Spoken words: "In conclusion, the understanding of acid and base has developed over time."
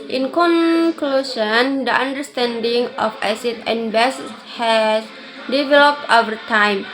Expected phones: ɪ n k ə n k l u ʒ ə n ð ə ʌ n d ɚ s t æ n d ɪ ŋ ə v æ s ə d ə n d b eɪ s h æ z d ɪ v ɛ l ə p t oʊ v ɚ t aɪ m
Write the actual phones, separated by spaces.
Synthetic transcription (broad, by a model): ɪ n k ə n k l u s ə n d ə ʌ n d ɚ s t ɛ n d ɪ ŋ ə f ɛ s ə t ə n b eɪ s h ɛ s d ɪ v ɛ l ə p t oʊ v ɚ t aɪ m